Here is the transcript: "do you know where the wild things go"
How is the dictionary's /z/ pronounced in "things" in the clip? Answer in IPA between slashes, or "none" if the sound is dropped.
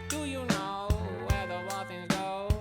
none